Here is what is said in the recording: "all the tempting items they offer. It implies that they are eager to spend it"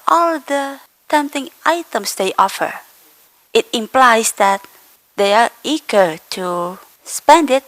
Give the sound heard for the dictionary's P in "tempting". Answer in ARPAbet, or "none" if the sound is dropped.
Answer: none